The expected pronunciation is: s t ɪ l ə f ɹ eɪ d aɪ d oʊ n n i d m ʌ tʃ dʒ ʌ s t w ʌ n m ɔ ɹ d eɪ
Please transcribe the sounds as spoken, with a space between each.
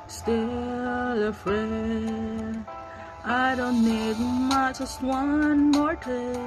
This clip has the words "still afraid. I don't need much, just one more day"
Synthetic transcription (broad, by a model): s t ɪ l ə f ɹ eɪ aɪ d oʊ n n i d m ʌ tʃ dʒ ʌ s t w ʌ n m ɔ ɹ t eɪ